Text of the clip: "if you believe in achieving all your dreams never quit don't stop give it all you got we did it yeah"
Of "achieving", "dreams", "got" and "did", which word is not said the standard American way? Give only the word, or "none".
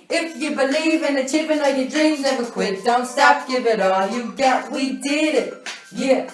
achieving